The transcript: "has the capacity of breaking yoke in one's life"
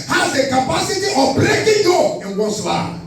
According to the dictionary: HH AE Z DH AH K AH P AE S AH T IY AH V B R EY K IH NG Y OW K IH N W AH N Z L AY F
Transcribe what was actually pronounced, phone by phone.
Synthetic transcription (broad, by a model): HH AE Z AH K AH P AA S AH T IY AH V B R EY K IH NG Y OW IH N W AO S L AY